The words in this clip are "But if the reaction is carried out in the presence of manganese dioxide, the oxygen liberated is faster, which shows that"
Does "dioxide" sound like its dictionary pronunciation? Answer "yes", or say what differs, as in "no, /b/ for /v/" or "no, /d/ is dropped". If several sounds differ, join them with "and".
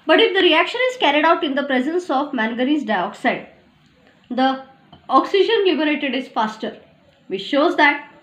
yes